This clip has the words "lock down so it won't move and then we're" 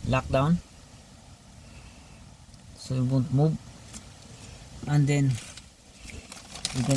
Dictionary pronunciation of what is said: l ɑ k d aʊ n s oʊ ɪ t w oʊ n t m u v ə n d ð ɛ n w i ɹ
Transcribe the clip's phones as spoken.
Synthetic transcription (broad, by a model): l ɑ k d aʊ n s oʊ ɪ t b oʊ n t m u b ə n d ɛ n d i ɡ